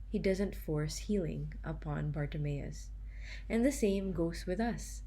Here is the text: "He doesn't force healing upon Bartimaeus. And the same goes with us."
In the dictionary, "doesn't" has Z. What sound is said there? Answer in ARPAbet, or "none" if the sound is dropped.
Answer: Z